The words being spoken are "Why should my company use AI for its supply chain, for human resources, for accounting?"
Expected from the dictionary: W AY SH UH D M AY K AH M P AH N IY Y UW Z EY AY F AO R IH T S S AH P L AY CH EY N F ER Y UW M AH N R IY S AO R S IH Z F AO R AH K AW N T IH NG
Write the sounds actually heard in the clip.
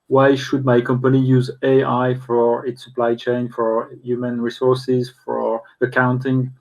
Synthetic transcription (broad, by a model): W AY SH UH D M AY K AH M P AH N IY Y UW Z EY AY F AO R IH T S S AH P L AY CH EY N F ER Y UW M AH N R IY S AO R S IH Z F AO R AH K AW N T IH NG